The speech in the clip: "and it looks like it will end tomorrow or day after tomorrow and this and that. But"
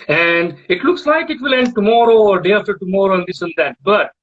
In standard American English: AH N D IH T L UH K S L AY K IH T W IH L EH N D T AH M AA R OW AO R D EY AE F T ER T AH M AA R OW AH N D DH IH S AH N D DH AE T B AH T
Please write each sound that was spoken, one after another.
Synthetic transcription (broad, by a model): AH N D IH T L UH K S L AY K IH T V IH L EH N D T AH M AA R OW AO R D EY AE F T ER T AH M AA R OW AH N D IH S AH N D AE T B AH T